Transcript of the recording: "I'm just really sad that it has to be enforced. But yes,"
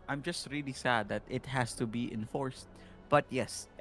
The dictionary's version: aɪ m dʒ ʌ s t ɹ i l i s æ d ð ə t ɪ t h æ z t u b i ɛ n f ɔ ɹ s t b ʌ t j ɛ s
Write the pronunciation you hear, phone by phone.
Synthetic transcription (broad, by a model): aɪ m dʒ ʌ s t ɹ i l i s æ d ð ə t ɪ t h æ s t u b i ɛ n f ɔ ɹ s t b ʌ t j ɛ s